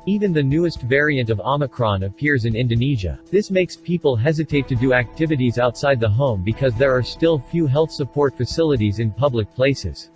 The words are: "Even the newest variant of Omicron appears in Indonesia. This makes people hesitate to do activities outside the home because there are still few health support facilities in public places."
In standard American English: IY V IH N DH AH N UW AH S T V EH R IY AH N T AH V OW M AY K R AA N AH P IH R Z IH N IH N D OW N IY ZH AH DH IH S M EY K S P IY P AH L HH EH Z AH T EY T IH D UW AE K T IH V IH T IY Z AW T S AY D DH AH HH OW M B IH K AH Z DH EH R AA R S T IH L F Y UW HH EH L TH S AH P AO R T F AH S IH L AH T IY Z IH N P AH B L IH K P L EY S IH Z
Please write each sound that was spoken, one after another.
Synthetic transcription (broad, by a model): IY V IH N DH AH N UW AH S T V EH R IY AH N T AH V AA M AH K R AA N AH P IH R Z IH N IH N D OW N IY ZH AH DH IH S M EY K S P IY P AH L HH EH Z AH T EY T IH D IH AE K T IH V IH T IY Z AW T S AY D DH AH HH OW M B IH K AH Z DH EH R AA R S T IH L F Y UW HH EH L TH S AH P AO R T F AH S IH L AH T IY Z IH N P AH B L IH K P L EY S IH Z